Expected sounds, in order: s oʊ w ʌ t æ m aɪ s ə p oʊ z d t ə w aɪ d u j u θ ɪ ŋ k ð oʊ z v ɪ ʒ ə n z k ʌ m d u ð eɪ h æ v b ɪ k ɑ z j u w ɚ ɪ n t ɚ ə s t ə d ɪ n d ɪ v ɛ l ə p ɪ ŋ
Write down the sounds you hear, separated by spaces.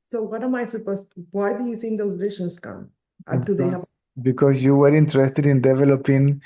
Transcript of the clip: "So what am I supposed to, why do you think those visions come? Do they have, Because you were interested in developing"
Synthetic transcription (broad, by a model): s oʊ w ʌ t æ m aɪ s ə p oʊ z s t w aɪ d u j u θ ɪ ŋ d oʊ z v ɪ ʃ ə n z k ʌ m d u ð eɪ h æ b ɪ k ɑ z j u w ɚ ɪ n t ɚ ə s t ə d ɪ n d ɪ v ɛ l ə p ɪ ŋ